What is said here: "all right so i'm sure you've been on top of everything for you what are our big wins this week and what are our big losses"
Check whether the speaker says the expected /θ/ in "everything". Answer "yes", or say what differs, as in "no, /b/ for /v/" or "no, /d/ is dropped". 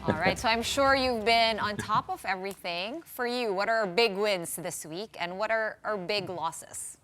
yes